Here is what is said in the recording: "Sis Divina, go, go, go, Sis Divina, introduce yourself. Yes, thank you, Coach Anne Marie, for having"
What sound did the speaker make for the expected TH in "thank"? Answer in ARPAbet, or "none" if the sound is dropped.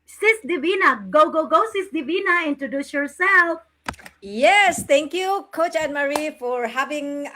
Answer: T